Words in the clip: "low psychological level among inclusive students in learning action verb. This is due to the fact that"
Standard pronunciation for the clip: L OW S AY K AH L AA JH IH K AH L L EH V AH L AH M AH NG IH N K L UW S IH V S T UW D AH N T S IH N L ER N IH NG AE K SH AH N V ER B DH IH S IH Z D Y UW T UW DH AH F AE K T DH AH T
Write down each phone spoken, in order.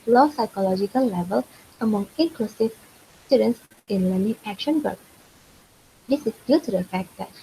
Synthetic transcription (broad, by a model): L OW S AY K AH L AA JH IH K AH L L EH V AH L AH M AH NG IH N K L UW S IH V S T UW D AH N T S IH N L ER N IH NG AE K SH AH N B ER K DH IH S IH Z D Y UW T UW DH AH F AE K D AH T